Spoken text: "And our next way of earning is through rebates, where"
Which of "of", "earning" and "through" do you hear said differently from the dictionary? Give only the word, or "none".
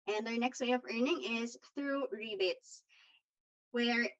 none